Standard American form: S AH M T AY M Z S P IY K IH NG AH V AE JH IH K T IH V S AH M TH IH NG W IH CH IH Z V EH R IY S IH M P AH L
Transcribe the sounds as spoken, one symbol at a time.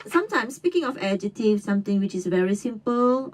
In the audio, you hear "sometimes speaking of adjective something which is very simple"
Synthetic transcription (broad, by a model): S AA M T AY M S P IY K IH NG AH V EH JH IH T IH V S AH M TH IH NG W IH CH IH S V EH R IY S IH M P AH L